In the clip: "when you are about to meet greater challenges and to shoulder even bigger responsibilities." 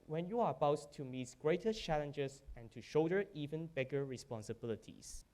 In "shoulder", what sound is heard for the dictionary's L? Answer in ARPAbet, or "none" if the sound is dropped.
none